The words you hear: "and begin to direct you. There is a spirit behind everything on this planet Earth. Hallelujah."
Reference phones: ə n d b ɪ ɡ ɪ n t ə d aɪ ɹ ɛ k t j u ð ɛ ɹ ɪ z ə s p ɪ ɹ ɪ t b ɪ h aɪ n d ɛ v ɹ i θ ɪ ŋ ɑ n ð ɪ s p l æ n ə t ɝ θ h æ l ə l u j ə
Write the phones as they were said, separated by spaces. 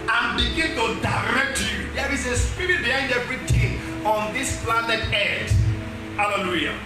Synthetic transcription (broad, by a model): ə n b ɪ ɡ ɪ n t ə d aɪ ɹ ɛ k t j u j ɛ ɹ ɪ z ə s p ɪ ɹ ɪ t b ɪ h aɪ n d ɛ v ɹ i t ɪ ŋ ɑ n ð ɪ s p l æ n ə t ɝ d h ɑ l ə l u j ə